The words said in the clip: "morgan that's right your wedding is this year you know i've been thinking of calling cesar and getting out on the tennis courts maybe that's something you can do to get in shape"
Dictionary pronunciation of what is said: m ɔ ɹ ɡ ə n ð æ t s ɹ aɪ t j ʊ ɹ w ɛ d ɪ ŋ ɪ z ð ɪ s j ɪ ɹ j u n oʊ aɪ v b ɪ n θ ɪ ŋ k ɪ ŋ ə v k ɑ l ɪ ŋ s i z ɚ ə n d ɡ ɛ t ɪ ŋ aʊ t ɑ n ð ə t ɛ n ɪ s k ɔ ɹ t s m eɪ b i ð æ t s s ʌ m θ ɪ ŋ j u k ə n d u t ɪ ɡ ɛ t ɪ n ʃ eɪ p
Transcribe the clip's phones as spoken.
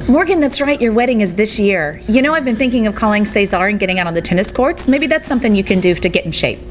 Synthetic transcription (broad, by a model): m ɔ ɹ ɡ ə n ð æ t s ɹ aɪ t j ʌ ɹ w ɛ d ɪ ŋ ɪ z ð ɪ s j ɪ ɹ j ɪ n oʊ aɪ v b ɪ n θ ɪ ŋ k ɪ ŋ ə v k ɑ l ɪ ŋ s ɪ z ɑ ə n ɡ ɛ t ɪ ŋ aʊ t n ð ə t ɛ n ɪ s k ɔ ɹ t s m eɪ b i ð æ t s s ʌ m θ ɪ ŋ j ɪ k ə n d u t ɪ ɡ ɛ t n ʃ eɪ p